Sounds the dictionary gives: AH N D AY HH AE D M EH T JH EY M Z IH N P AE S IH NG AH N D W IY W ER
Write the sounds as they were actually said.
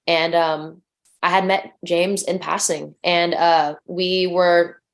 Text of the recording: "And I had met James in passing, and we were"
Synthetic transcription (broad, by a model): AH N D AY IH D M EH T JH EY M Z IH N P AE S IH NG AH N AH W IY W ER